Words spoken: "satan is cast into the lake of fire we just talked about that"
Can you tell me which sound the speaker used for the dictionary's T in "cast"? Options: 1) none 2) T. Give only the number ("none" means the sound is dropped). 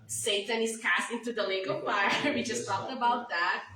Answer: 2